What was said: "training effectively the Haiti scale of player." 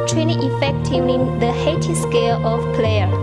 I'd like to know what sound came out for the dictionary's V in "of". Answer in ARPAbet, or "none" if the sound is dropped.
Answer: F